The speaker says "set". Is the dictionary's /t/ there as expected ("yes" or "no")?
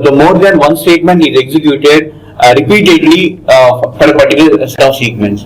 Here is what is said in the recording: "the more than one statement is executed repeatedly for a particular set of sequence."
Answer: no